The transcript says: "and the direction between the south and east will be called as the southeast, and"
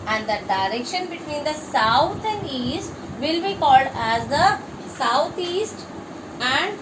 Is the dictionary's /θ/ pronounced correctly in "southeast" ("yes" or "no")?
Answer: no